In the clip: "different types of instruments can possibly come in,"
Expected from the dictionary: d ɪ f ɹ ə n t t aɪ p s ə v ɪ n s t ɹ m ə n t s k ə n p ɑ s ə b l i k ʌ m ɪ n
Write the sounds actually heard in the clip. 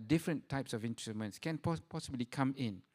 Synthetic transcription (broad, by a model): d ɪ f ɹ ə n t t aɪ p s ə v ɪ n t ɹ m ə n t s k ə n p ɑ s ə b l i k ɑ m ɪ n